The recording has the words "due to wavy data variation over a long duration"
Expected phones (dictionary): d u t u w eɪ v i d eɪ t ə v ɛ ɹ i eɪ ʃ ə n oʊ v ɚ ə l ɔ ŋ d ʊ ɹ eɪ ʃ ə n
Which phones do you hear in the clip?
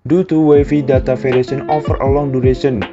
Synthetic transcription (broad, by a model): d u t u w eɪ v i d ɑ t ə f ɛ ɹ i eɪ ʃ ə n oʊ f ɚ ə l ɔ ŋ d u ɹ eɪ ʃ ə n